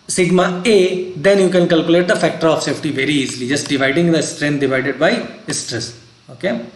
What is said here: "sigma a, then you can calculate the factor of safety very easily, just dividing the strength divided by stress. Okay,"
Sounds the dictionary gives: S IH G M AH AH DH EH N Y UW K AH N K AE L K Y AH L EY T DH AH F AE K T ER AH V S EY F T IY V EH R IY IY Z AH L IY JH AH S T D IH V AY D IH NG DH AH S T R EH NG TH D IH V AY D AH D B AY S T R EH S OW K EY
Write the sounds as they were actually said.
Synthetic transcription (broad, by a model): S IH G M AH AH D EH N Y UW K AH N K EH L K Y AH L EY T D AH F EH K T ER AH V S EY F T IY V EH R IY IY Z AH L IY JH AH S T D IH V AY D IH NG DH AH S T R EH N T D IH V AY D AH D B AY S T R EH S OW K EY